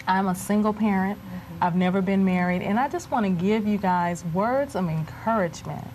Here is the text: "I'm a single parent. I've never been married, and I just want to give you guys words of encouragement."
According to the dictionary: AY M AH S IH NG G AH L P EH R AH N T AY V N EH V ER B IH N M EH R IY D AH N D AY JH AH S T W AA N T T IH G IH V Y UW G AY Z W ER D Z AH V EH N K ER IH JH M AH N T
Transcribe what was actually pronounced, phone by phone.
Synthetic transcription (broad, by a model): AY M AH S IH NG G L P EH R AH N T AY V N EH V ER B IH N M EH R IY D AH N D AY JH AH S T W AA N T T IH G IH V Y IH G AY Z W ER D Z AH V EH N K ER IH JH M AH N T